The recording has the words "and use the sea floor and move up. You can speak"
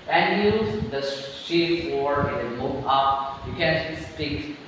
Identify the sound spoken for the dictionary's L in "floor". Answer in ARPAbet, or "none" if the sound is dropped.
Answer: W